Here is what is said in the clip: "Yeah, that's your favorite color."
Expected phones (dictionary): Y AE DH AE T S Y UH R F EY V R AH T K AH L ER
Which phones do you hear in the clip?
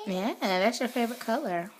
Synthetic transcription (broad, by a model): Y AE DH AE T S Y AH R F EY V R AH T K AH L ER